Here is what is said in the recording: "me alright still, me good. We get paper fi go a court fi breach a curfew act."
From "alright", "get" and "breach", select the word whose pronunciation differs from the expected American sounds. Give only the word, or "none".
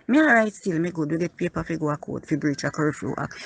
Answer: alright